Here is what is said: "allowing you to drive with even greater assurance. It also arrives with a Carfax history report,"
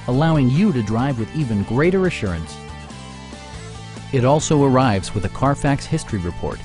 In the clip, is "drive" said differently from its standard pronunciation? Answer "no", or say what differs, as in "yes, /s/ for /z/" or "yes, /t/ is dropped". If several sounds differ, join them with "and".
no